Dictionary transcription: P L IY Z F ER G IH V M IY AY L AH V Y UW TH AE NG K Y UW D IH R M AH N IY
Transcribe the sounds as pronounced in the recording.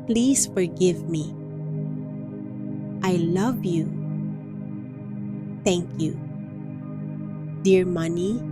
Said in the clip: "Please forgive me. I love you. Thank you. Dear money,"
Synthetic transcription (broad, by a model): P L IY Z F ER G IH V M IY AY L AH V Y UW T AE NG K Y UW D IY R M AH N IY